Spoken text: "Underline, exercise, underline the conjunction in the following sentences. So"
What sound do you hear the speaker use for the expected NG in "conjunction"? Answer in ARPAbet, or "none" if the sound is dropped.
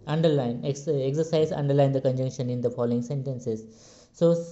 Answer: NG